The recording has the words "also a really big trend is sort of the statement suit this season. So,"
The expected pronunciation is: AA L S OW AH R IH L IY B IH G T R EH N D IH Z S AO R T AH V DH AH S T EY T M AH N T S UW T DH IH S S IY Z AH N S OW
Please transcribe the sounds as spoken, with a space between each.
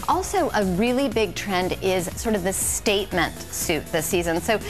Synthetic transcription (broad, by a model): AA L S OW AH R IH L IY B IH G T R EH N D IH Z S AO R T AH V DH AH S T EY T M AH N T S UW T DH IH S S IY Z AH N S OW